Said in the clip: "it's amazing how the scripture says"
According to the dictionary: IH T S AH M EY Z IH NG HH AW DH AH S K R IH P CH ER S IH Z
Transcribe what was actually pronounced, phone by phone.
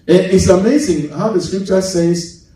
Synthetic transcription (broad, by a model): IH T S AH M EY Z IH NG HH AW DH AH S K R IH P CH ER S IH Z